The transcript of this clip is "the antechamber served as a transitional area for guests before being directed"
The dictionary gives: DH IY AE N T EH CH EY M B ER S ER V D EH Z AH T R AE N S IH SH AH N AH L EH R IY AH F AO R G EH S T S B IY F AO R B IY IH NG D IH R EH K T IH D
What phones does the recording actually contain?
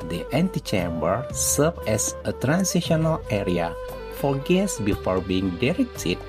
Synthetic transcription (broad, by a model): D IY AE N T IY CH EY M B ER S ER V EH S AH T R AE N S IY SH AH N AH L EH R IY AH F AO R G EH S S B IY F AO R B IY IH NG D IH R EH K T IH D